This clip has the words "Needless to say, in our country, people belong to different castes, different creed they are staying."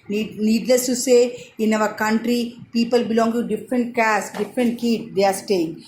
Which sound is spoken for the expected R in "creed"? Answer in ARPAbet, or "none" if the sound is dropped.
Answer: none